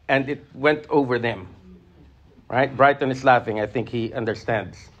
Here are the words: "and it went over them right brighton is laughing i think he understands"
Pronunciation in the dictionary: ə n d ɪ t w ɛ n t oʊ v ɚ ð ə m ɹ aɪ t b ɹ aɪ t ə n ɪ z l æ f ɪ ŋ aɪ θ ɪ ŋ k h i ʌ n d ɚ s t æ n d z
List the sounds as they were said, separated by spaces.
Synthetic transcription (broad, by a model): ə n d ɪ t w ɛ n t oʊ v ɚ ð ə m ɹ aɪ t b ɹ aɪ t ə n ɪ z l æ f ɪ ŋ aɪ θ ɪ ŋ k h i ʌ n d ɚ s t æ n d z